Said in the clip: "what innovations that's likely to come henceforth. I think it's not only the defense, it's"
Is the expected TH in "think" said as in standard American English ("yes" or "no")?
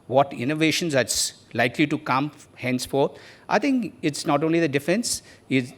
no